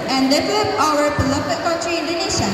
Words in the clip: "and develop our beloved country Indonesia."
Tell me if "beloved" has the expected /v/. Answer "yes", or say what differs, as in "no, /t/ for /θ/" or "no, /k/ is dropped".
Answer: no, /p/ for /v/